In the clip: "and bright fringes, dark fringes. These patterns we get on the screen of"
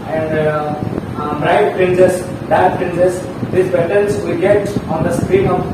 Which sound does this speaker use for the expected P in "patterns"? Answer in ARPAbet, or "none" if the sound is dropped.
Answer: B